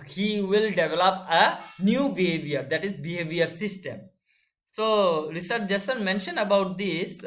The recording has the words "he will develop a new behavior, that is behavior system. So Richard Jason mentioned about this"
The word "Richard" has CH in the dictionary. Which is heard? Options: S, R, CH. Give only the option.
S